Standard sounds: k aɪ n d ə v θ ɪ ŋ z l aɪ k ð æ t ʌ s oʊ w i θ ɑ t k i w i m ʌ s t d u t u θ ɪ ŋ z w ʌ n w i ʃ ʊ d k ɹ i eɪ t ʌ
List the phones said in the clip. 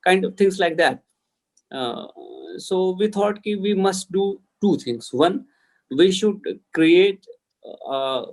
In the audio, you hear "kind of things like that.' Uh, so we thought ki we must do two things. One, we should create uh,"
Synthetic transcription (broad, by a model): k aɪ n d ə v t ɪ ŋ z l aɪ k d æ t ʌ s oʊ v i t ɑ t k i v i m ʌ s t d u t u t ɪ ŋ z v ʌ n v i ʃ ʊ d k ɹ i eɪ t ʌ